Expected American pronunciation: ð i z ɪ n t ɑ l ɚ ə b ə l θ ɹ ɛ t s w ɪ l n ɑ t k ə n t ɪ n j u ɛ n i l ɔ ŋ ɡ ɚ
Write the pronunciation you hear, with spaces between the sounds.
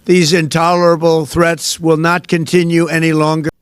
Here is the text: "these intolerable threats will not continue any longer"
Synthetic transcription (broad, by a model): ð i z ɪ n t ɑ l ɚ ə b l θ ɹ ɛ t s w ɪ l n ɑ t k ə n t ɪ n j u ɛ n i l ɔ ŋ ɡ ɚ